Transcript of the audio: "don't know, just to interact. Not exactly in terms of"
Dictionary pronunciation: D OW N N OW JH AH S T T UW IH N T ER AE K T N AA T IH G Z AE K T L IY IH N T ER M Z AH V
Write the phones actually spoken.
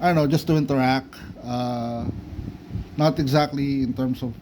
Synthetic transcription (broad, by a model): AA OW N N OW JH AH S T T UW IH N T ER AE K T N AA T IH G Z AE K T L IY IH N T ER M S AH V